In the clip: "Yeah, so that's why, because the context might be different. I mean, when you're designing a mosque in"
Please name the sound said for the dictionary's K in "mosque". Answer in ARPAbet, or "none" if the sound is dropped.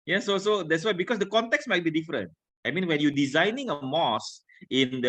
none